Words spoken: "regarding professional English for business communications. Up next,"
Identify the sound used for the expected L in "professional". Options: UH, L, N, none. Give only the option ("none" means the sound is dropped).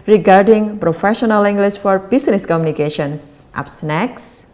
L